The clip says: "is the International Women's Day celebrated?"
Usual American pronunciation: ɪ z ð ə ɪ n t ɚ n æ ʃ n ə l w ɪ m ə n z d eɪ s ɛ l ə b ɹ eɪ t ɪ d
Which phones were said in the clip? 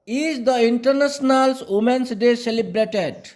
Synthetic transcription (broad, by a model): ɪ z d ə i n t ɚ n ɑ s n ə l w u m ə n s d eɪ s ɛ l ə b ɹ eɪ t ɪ d